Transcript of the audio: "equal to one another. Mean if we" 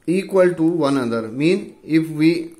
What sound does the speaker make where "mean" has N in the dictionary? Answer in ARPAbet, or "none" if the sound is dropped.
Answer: N